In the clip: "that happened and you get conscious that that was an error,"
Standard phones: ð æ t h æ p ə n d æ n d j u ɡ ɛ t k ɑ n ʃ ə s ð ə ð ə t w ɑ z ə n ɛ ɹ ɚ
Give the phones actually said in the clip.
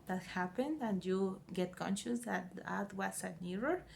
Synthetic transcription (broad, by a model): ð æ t h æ p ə n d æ n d j u ɡ ɛ t k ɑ n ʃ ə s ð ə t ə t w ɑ s ə n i ɹ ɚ